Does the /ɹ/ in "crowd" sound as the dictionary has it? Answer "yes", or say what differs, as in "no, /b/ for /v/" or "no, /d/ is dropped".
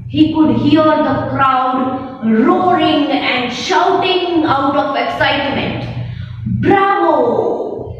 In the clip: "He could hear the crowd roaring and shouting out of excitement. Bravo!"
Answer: yes